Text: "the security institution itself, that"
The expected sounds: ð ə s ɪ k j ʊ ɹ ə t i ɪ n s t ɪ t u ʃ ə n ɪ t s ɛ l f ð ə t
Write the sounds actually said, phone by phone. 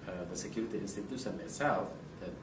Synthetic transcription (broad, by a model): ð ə s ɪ k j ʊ ɹ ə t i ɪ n s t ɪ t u s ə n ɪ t s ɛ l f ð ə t